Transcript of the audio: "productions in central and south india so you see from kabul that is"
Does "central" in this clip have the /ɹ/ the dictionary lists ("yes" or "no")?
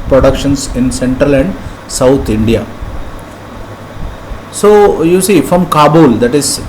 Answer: yes